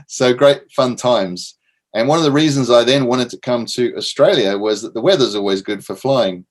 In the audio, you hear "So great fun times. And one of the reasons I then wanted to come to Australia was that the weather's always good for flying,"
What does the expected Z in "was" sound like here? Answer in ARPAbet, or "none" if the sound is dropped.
Z